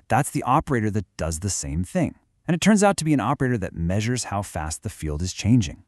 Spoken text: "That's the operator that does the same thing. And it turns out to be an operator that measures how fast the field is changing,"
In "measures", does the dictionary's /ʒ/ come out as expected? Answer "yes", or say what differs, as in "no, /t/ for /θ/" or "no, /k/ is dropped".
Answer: yes